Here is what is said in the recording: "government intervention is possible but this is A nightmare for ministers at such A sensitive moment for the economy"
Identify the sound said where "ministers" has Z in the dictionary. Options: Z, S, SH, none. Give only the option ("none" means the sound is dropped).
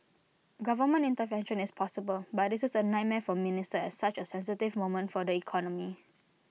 none